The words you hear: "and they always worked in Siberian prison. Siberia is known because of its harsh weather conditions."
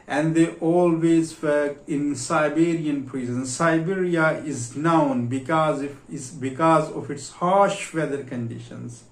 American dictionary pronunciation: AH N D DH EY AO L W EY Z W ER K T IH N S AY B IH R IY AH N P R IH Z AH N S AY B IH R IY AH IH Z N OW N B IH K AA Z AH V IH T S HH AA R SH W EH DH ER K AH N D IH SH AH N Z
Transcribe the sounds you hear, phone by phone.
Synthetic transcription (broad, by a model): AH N D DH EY AO L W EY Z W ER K IH N S AY B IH R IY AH N P R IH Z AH N S AY B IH R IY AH IH Z N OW N B IH K AA Z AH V IH T S HH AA SH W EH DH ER K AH N D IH SH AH N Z